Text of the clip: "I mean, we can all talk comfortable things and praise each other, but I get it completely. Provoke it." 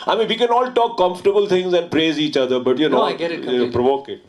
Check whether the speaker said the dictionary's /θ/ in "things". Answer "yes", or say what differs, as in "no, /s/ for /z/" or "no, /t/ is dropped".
no, /t/ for /θ/